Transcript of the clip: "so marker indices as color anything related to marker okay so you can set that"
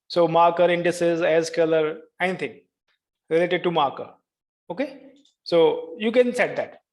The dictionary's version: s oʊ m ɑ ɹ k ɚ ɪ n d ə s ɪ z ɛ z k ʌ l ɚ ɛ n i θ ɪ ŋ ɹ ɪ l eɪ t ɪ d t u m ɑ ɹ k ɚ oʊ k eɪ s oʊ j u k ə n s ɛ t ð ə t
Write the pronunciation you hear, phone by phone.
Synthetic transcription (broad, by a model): s oʊ m ɑ ɹ k ɚ ɪ n d ə s ɪ z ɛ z k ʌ l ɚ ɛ n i t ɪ ŋ ɹ ɪ l eɪ t ɪ d t u m ɑ ɹ k ɚ oʊ k eɪ s oʊ j u k ə n s ɛ t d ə t